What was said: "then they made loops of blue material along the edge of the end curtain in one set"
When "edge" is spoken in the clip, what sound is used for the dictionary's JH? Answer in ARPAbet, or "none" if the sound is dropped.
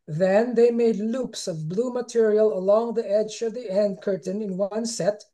JH